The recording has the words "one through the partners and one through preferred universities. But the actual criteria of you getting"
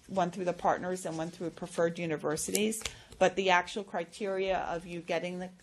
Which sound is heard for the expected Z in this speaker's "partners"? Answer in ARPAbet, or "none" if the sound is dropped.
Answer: Z